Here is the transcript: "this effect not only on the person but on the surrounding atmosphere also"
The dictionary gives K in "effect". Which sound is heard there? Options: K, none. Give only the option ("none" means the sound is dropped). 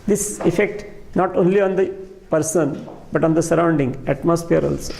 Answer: K